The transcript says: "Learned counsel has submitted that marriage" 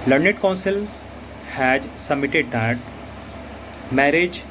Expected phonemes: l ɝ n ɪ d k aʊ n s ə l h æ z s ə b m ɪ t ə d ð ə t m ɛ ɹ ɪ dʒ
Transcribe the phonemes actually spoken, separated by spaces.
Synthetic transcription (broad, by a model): l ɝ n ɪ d k aʊ n s ə l h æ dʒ s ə m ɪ t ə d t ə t m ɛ ɹ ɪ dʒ